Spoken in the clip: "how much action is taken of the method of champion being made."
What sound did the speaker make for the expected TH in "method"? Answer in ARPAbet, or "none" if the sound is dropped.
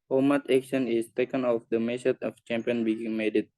S